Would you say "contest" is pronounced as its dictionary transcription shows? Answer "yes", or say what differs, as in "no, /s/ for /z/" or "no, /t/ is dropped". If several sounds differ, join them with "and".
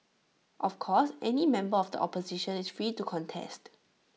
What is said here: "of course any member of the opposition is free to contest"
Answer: yes